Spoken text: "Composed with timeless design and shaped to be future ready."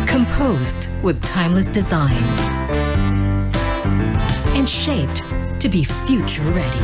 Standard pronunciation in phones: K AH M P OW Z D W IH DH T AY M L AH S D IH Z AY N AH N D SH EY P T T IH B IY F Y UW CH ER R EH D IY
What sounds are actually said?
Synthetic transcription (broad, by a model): K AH M P OW Z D W IH DH T AY M L AH S D IH Z AY N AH N SH EY P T T IH B IY F Y UW CH ER R EH D IY